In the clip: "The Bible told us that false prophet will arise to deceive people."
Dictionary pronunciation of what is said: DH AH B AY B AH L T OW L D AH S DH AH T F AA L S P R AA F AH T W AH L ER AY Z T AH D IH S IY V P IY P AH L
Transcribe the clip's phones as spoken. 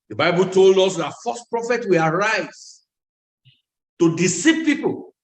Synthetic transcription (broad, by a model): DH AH B AY B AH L T OW L D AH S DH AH T F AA S P R AA F AH T W AH L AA AY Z T AH D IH S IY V P IY P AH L